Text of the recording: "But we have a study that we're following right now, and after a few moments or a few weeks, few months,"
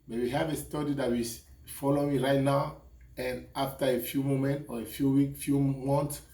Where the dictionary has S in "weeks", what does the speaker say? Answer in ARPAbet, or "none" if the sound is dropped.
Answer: none